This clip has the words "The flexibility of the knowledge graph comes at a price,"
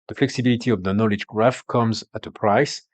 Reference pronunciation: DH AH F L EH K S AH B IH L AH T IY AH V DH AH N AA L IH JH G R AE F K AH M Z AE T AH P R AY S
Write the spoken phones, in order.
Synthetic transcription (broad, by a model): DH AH F L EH K S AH B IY L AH T IY AH V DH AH N AA L IH JH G R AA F K AH M Z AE T AH P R AY S